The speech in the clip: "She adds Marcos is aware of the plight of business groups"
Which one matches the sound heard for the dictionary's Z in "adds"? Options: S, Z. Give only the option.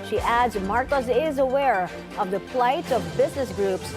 Z